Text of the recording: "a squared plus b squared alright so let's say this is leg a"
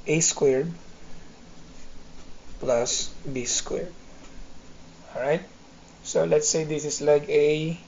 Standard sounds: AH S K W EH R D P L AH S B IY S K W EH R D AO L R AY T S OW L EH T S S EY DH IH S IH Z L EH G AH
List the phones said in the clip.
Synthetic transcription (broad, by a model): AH S K W EH R D P L AH S B IY S K W EH R D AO R AY T S OW L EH T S S EY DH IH S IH S L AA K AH